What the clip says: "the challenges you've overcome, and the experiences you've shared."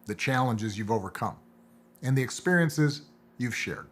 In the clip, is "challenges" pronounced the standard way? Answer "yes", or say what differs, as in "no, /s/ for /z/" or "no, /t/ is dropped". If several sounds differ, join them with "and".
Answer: yes